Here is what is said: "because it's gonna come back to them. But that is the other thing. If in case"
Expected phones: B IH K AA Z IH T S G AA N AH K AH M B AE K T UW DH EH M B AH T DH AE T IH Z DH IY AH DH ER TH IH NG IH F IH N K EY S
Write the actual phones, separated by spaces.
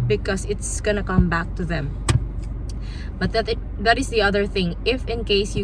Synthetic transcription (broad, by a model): B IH K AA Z IH T S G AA N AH K AH M B AE K T UW DH EH M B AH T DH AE T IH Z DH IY AH DH ER TH IH NG IH F IH N K EY S